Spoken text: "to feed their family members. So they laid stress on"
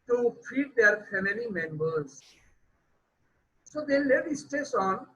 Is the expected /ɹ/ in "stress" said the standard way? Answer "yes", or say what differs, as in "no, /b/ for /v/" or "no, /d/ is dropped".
no, /ɹ/ is dropped